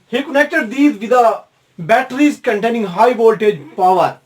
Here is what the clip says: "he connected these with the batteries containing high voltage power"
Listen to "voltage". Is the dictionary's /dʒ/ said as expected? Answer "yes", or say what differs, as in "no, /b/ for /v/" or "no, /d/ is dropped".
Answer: yes